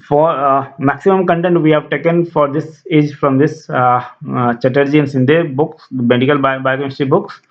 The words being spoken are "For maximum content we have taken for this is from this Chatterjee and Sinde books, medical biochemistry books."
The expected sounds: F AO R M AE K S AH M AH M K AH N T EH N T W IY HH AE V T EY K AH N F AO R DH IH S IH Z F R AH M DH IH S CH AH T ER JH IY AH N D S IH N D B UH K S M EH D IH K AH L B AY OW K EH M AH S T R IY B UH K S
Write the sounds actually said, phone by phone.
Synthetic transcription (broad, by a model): F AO R M AE K S AH M AH M K AH N T EH N T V IY HH AE V T EY K AH N F AO R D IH S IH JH F R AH M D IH S CH AH T ER JH IY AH N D S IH N D B UH K S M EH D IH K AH L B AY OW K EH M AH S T IY B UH K S